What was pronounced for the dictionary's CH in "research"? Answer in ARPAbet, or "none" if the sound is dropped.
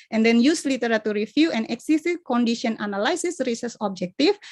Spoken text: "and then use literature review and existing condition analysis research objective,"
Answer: S